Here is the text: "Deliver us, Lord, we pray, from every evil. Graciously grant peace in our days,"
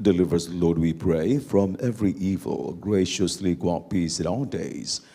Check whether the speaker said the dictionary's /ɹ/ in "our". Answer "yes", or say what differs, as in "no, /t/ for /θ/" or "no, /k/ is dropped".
no, /l/ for /ɹ/